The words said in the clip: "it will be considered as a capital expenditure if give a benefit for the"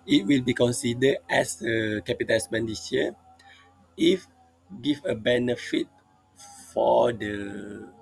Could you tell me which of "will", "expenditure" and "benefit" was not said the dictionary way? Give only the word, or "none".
expenditure